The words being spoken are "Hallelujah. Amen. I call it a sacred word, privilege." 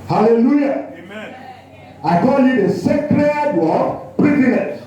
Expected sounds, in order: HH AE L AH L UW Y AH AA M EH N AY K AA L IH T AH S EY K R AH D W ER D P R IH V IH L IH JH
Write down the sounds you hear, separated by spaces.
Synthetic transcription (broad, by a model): HH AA L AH L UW Y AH AA IH K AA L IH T AH S EY K R AH D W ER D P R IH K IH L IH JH